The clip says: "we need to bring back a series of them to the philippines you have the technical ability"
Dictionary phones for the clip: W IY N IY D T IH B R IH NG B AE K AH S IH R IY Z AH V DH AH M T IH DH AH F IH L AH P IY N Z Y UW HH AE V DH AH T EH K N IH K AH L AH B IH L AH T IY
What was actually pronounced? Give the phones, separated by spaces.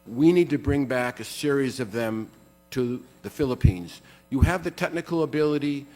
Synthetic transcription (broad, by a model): W IY N IY D T IH B R IH NG B AE K AH S IH R IY Z AH V DH AH M T IH DH AH F IH L AH P IY N Z Y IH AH V DH AH T EH K N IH K L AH B IH L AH T IY